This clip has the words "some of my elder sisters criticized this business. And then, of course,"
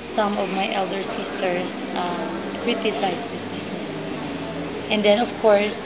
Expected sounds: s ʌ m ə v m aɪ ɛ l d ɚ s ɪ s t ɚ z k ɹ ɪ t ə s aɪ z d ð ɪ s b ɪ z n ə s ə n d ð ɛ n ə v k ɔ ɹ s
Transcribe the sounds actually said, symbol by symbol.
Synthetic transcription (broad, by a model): s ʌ m ə v m aɪ ɛ l d ɚ s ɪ s t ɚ s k ɹ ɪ t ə s aɪ s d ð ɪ s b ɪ s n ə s ə n d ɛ n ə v k ɔ ɹ s